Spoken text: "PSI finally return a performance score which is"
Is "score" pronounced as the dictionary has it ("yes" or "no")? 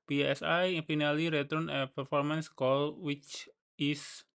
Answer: no